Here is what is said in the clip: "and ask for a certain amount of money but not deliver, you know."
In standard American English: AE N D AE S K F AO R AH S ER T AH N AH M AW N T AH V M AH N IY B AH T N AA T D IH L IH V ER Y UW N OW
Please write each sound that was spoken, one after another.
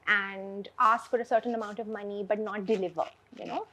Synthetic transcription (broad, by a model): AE N D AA S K F AO R AH S ER T AH N AH M AW N T AH V M AH N IY B AH T N AA T D IH L IH V ER Y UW N OW